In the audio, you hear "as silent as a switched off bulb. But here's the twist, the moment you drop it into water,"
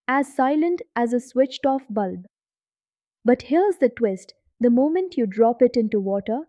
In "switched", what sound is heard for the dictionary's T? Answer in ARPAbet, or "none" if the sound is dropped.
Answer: T